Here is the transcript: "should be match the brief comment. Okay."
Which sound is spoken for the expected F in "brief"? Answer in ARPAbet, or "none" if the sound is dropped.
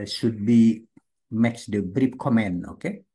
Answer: P